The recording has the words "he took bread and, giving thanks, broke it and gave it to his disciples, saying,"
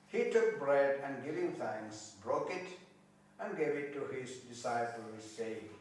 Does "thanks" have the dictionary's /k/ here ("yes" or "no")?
no